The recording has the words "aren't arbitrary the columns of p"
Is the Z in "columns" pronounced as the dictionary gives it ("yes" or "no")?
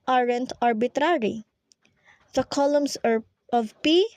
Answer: no